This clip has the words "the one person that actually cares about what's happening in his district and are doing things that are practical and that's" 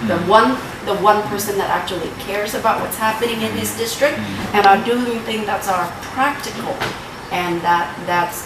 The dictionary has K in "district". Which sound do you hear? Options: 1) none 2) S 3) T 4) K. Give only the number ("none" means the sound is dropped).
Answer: 4